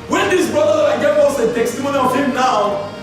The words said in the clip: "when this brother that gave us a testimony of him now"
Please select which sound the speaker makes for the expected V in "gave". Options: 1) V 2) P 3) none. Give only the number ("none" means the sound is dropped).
3